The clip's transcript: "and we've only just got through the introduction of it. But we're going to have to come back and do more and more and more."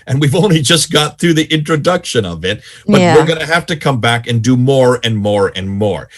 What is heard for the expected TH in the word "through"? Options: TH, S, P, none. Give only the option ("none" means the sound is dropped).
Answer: TH